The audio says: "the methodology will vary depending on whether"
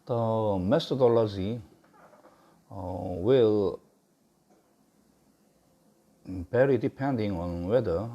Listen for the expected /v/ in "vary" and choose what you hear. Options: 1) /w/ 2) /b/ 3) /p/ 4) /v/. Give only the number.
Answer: 2